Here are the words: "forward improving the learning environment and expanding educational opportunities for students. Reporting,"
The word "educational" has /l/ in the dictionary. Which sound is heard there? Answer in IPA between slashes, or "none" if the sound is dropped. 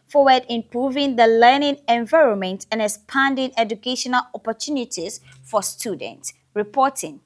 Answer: /l/